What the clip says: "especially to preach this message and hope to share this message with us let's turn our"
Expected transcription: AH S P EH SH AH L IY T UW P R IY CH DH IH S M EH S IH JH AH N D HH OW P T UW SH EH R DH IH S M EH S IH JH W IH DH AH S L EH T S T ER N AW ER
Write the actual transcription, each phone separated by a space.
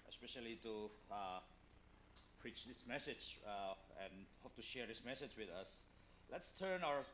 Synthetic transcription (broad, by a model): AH S P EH SH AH L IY T UW P R IY CH DH IH S M EH S IH JH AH N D HH OW P T UW SH EH R DH IH S M EH S IH JH W IH DH AH S L EH T S T ER N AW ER